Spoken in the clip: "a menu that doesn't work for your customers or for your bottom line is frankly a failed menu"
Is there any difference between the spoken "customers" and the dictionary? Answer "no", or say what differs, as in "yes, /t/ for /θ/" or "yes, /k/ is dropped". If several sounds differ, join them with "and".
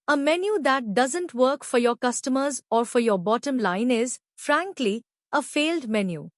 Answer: no